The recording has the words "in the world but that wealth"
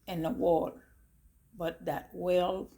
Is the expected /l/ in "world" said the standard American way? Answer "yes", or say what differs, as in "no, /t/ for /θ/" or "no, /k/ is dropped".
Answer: no, /l/ is dropped